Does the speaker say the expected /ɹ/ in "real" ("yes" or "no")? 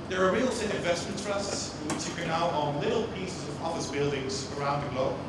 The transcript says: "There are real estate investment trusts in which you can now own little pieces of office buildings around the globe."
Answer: yes